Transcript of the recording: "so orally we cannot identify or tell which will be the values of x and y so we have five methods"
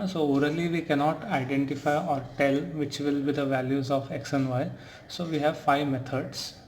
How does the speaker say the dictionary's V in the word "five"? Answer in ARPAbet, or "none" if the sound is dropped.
V